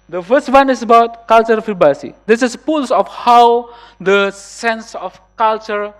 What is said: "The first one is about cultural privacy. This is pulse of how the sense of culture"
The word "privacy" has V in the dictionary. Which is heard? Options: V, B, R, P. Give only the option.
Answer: B